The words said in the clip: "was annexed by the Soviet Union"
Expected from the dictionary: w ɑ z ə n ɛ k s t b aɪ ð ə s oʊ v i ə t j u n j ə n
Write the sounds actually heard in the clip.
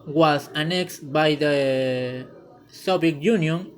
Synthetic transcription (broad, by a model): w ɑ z ə n ɛ k s t b aɪ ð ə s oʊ b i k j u n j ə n